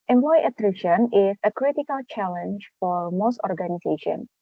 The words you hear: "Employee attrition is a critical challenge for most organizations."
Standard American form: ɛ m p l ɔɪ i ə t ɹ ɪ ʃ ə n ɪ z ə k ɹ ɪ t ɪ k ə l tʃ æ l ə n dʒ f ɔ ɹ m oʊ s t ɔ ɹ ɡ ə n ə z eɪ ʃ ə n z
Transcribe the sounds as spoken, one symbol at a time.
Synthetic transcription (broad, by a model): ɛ m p l ɔɪ ə t ɹ ɪ ʃ ə n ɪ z ə k ɹ ɪ t ɪ k ə l tʃ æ l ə n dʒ f ɔ ɹ m oʊ s t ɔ ɹ ɡ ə n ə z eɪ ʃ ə n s